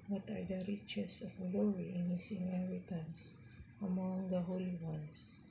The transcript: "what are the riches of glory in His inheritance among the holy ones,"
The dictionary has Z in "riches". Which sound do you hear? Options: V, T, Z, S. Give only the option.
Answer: S